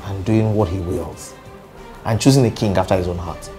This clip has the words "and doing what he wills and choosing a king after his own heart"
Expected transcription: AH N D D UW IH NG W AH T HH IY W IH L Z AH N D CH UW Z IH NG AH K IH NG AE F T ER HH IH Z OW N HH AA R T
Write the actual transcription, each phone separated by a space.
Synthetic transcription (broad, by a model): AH N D D UW IH NG W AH T HH IY W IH L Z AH N CH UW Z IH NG AH K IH NG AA F T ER HH IH Z OW N HH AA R T